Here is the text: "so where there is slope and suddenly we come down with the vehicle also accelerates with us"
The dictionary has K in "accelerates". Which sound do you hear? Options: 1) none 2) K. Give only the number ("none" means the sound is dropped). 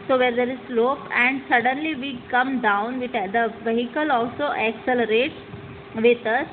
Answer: 2